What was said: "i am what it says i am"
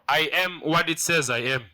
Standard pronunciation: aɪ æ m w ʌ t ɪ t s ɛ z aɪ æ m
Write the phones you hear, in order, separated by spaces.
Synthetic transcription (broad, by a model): aɪ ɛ m w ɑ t ɪ t s ɛ z aɪ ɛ m